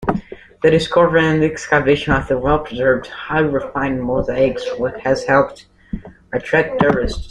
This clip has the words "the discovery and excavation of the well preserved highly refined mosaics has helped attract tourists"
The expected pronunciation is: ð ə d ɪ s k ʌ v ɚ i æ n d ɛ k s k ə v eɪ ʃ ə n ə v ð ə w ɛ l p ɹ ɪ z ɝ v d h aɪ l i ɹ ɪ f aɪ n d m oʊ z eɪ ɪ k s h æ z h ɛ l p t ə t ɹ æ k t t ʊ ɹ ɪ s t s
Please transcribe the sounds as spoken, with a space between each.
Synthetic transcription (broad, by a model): ð ə d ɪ s k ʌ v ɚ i n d ɛ k s k ə v eɪ ʃ ə n ə v ð ə w ɛ l p ɹ ɪ z ɝ v d h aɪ i ɹ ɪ f aɪ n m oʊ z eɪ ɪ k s h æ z h ɛ l p t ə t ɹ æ t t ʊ ɹ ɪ s t